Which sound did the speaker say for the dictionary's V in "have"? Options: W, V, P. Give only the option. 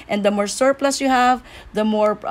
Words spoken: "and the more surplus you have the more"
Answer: V